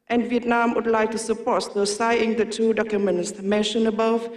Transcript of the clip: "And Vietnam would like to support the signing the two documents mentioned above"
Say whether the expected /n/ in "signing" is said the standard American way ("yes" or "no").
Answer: no